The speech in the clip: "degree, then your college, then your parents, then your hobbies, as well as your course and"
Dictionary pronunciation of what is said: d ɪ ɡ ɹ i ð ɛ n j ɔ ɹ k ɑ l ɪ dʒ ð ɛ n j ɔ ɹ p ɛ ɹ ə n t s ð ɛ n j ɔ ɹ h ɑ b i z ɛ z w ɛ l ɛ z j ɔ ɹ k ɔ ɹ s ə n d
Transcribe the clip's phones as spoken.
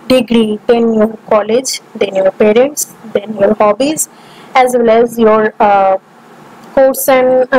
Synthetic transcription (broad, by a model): d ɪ ɡ ɹ i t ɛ n j ɔ ɹ k ɑ l ɪ dʒ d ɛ n j ɔ ɹ p ɛ ɹ ə n t s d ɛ n j ɔ ɹ h ɑ b i z ɛ z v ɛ l ɛ z j ɔ ɹ k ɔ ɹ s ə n